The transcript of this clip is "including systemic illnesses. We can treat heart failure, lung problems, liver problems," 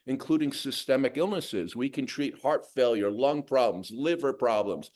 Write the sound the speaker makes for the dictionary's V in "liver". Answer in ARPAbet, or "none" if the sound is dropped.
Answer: V